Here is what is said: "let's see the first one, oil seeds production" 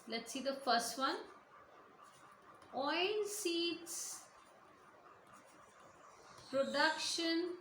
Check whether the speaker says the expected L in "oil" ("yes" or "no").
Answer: no